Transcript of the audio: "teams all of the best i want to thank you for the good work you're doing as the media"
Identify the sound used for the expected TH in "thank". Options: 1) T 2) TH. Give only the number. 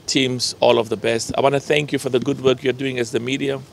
2